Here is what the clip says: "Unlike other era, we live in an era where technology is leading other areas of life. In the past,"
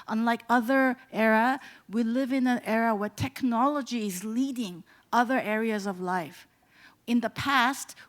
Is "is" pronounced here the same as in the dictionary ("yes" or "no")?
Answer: yes